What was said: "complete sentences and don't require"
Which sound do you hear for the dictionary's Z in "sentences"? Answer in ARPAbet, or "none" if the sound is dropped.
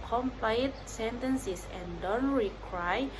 S